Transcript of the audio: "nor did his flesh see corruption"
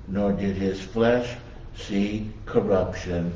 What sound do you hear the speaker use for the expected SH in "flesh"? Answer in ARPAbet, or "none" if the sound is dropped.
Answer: SH